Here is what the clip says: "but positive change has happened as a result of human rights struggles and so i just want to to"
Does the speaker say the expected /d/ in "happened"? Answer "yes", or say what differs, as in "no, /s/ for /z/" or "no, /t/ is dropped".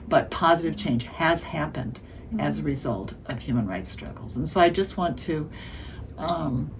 yes